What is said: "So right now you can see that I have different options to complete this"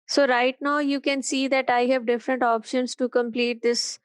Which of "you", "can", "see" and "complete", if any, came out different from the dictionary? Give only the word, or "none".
none